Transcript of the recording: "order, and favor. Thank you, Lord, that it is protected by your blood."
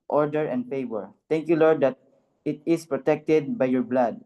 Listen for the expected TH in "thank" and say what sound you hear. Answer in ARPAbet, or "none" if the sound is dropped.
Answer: T